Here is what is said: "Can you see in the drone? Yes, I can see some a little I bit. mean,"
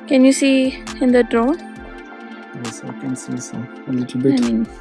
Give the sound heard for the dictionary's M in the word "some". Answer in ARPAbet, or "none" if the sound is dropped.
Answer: none